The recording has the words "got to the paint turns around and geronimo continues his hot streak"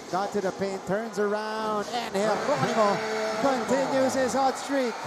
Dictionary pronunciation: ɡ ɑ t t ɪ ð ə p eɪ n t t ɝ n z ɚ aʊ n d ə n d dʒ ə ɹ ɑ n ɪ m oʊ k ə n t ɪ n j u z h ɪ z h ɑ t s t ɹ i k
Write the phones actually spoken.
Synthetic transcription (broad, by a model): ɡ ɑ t t ɪ ð ə p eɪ n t t ɝ n z ɚ aʊ n d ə n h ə ɑ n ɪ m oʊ k ə n t ɪ n j u z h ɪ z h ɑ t s t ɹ i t